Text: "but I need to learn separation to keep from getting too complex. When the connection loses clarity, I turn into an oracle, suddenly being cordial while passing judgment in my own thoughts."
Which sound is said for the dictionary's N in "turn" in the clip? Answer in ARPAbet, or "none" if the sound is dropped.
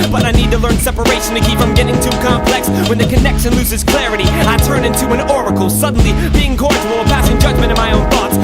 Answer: N